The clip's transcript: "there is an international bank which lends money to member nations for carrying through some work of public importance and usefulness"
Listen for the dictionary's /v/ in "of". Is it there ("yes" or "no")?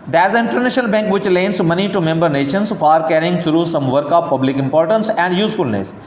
no